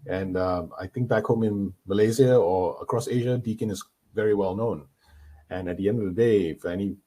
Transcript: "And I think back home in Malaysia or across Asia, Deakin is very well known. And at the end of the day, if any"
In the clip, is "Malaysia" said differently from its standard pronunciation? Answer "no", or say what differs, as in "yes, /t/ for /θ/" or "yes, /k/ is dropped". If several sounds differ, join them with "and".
yes, /z/ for /ʒ/